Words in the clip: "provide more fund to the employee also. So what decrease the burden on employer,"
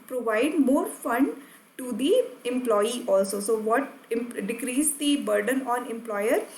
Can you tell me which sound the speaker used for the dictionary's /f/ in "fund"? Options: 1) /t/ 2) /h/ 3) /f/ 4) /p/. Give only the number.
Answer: 3